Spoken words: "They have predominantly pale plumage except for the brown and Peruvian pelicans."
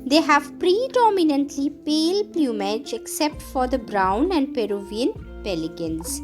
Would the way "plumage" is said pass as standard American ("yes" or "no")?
yes